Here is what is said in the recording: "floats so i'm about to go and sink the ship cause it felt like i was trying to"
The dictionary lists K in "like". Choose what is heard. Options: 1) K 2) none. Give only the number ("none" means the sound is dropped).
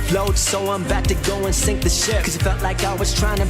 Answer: 1